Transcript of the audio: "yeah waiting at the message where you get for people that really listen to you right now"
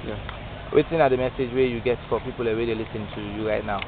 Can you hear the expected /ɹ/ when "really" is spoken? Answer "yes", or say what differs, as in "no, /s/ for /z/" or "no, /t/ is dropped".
no, /w/ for /ɹ/